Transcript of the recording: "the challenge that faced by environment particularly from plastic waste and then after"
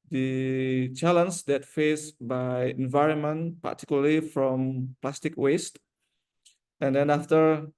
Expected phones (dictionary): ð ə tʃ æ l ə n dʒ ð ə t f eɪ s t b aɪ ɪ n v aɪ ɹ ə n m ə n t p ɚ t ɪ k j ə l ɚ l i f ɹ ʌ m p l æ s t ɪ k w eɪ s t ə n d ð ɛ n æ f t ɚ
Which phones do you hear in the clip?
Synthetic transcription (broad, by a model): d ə tʃ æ l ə n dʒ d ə t f eɪ s b aɪ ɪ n v aɪ ɹ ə n m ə n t p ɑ t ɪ k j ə l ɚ l i f ɹ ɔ m p l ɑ s t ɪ k w eɪ s t ə n d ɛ n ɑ f t ɚ